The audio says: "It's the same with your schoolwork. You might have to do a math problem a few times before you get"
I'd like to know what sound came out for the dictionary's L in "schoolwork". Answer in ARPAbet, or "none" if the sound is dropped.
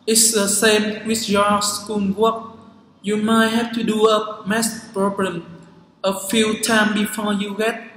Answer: N